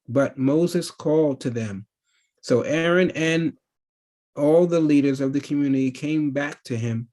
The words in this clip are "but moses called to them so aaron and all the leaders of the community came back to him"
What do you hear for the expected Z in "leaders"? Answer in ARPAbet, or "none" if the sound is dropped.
Z